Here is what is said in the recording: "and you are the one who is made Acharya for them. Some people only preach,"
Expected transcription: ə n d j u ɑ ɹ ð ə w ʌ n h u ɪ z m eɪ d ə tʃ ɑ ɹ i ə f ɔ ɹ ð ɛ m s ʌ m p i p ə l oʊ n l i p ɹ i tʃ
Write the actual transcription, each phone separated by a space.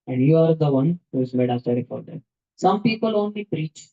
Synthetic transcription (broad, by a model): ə n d j u ɑ ɹ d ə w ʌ n h u ɪ z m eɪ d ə s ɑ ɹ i f ɔ ɹ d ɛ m s ʌ m p i p ə l oʊ n l i p ɹ i tʃ